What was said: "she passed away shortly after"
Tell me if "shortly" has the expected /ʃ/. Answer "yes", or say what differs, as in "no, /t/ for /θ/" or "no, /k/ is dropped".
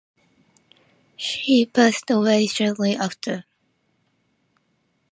no, /s/ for /ʃ/